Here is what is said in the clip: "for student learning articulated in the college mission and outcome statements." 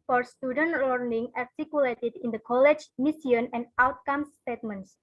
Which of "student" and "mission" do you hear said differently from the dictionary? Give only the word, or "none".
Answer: mission